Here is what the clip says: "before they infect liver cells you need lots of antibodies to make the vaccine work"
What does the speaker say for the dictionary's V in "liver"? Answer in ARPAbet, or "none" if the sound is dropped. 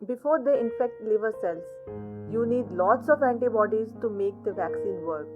V